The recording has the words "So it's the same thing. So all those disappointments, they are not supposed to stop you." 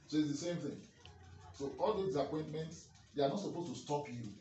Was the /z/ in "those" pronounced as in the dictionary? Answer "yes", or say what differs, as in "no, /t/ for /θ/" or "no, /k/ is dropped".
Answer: no, /z/ is dropped